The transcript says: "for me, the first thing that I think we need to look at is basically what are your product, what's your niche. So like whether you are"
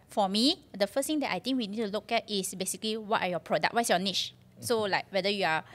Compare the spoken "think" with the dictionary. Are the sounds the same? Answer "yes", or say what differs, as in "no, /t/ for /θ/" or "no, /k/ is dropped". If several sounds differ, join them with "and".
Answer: no, /t/ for /θ/